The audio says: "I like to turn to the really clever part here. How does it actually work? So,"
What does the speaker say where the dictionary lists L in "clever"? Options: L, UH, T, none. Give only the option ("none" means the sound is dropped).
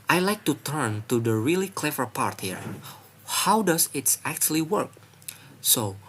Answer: L